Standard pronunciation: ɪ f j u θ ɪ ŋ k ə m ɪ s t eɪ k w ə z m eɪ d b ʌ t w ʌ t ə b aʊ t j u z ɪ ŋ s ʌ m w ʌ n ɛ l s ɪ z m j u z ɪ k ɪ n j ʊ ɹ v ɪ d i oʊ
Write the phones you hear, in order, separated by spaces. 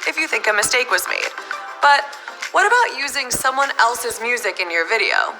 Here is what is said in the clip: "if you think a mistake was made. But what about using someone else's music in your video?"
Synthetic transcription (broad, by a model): ɪ f j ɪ θ ɪ ŋ k ə m ɪ s t eɪ k w ə z m eɪ d b ʌ t w ʌ t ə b aʊ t j u z ɪ ŋ s ʌ m w ʌ n ɛ l s ɪ z m j u z ɪ k ɪ n j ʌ ɹ v ɪ d i oʊ